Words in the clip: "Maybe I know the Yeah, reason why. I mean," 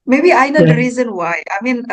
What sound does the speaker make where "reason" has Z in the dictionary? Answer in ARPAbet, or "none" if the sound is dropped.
Z